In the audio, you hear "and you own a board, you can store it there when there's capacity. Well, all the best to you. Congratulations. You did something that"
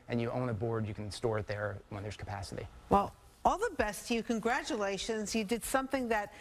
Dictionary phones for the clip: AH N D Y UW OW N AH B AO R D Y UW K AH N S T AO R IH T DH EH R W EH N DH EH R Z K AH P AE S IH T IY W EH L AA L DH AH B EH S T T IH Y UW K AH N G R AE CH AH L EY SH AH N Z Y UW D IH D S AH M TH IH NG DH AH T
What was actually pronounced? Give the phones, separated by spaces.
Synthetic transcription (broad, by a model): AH N Y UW OW N AH B AO R D Y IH K N S T AO R IH T DH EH R W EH N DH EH R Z K AH P AE S IH T IY W EH L AA L DH AH B EH S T T IH Y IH K AH N G R AE CH AH L EY SH AH N Z Y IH D IH D S AH M TH IH NG DH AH T